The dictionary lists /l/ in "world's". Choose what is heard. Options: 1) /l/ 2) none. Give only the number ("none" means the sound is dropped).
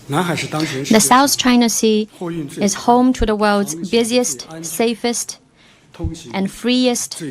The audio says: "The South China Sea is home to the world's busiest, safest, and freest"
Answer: 1